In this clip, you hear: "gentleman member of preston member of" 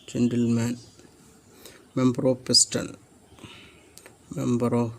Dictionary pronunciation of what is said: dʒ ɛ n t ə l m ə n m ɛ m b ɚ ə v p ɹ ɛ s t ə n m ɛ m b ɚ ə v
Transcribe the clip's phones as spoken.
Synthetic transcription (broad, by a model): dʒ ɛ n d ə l m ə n m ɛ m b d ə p ɛ s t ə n m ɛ m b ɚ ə